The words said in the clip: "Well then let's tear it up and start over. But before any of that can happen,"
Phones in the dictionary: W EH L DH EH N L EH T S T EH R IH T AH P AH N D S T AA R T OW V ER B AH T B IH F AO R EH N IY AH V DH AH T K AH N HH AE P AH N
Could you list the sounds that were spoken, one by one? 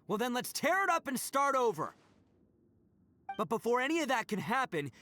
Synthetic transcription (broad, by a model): W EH L DH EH N L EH T S T EH R IH T AH P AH N S T AA R T OW V ER B AH T B IH F AO R EH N IY AH V DH AH T K AH N HH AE P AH N